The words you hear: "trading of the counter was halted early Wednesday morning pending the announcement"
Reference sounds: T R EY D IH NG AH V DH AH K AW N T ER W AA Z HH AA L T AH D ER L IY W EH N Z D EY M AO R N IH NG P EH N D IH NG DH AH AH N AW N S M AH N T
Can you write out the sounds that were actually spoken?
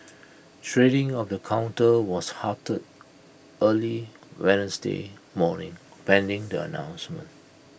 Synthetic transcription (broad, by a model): T R EY D IH NG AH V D AH K AW N T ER W AA S HH AA T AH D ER L IY W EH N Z D EY M AO N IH NG P EH N D IH NG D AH AH N AW N S M AH N T